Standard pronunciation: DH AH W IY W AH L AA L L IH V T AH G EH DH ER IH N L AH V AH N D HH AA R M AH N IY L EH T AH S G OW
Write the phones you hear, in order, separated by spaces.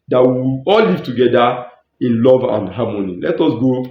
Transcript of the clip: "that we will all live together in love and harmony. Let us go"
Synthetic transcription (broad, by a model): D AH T W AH AA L L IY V T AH G EH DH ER IH N L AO V AH N D HH AA M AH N IY L EH T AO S G OW